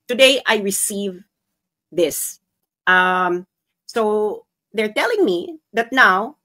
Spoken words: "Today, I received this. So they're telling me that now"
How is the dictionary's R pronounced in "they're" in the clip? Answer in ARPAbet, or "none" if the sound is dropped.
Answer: R